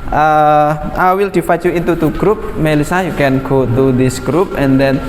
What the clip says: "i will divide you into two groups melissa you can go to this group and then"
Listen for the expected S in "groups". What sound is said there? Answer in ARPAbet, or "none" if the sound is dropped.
none